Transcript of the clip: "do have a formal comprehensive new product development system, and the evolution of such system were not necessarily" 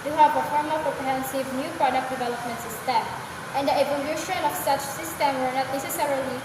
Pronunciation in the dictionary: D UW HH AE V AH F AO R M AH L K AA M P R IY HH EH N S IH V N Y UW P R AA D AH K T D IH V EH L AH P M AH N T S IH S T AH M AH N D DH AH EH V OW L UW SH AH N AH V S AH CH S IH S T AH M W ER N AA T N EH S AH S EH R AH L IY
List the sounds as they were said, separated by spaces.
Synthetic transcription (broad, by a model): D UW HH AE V AH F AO R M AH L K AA P R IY HH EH N S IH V N Y UW P R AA D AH K D IH V EH L AH P M AH N T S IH S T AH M AH N D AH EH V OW L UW SH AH N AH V S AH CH S IH S T AH M W ER N AA T N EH S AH S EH R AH L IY